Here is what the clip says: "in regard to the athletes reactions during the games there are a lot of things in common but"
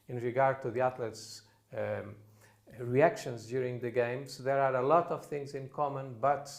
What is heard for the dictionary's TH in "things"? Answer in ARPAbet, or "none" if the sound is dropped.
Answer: TH